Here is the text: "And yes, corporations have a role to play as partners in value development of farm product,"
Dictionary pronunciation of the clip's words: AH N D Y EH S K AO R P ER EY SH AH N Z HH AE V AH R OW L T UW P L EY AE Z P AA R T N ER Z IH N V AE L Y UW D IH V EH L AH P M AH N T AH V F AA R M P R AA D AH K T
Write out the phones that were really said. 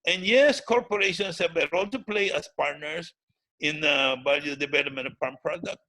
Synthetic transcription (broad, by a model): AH N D Y EH S K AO R P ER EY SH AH N S HH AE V AH R OW L T UW P L EY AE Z P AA R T N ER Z IH N B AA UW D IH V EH L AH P M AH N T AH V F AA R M P R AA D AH K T